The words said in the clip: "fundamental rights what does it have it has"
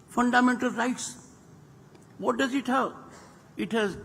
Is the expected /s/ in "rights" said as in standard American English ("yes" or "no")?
yes